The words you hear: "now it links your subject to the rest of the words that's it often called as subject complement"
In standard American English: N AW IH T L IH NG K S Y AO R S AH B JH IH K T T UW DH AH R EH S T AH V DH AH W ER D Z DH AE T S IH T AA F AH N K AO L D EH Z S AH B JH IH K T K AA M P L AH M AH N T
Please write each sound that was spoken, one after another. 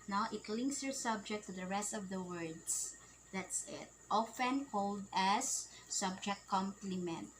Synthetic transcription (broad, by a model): N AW IH T L IH NG K S Y AO R S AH B JH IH K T T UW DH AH R EH S T AH V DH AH W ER D S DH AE T S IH T AA F AH N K AO L D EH S AH B JH IH K T K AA M P L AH M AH N T